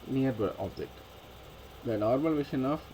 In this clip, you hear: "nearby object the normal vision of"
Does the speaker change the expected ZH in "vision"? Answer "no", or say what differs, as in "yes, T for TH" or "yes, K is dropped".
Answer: yes, SH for ZH